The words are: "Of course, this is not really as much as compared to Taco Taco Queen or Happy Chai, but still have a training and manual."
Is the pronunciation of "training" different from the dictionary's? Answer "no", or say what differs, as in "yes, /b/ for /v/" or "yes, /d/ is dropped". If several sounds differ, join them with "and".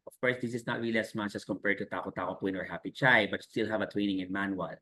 yes, /w/ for /ɹ/